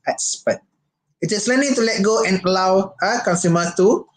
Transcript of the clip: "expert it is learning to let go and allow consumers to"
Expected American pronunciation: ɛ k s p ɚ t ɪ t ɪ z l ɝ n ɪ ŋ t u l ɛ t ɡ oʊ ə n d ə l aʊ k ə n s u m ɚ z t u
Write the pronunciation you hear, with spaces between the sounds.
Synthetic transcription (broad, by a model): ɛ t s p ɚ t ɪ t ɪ s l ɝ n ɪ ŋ t u l ɛ t ɡ oʊ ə n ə l aʊ k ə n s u m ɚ t u